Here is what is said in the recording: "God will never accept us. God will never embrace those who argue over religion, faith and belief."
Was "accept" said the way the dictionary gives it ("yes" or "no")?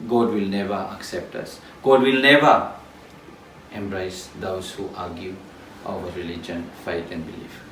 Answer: yes